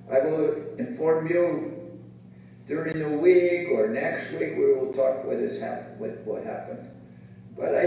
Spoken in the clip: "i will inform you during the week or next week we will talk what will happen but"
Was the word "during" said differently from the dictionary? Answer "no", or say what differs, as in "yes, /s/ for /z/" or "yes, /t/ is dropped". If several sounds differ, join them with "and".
no